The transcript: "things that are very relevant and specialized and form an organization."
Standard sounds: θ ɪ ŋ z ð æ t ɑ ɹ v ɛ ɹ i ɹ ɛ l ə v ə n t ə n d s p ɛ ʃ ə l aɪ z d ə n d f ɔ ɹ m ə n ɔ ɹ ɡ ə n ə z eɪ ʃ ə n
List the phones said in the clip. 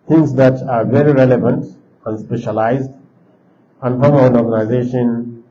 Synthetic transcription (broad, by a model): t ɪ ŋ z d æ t ɑ ɹ v ɛ ɹ i ɹ ɛ l ə v ə n t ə n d s p ɛ ʃ ə l aɪ z d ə n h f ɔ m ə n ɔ ɹ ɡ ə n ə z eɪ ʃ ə n